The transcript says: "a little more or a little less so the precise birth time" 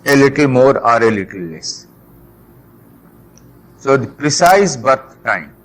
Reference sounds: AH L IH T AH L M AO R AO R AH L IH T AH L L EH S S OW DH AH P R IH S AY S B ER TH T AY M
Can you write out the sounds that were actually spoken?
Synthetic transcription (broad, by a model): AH L IH T AH L M AO R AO R AH L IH T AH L L EH S S OW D P R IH S AY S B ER T T AY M